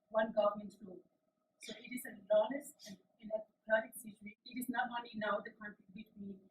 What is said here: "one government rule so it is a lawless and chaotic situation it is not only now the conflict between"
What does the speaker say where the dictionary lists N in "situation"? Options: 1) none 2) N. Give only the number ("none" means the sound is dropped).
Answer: 1